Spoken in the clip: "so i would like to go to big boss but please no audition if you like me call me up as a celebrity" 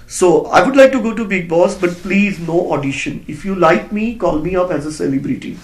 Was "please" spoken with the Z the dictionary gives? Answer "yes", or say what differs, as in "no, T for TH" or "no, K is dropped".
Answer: yes